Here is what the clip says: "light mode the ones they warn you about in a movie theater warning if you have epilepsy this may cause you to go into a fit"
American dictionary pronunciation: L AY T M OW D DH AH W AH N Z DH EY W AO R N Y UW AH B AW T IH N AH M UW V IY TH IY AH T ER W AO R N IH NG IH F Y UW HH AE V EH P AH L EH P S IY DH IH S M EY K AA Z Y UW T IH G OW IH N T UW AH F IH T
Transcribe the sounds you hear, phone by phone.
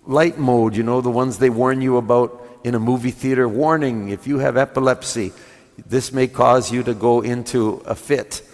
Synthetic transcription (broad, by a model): L AY T M OW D DH AH W AH N Z DH EY W AO R N Y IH AH B AW T IH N AH M UW V IY TH IY AH T ER W AO R N IH NG IH F Y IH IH V EH P AH L EH P S IY DH IH S M EY K AA Z Y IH T IH G OW IH N T UW AH F IH T